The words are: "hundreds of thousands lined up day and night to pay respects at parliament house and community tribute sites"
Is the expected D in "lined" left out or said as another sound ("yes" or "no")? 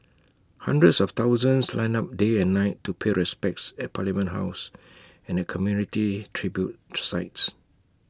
yes